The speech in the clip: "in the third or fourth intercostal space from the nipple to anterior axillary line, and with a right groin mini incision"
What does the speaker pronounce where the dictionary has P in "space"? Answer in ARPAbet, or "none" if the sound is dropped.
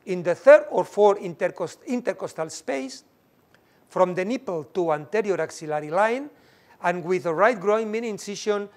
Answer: P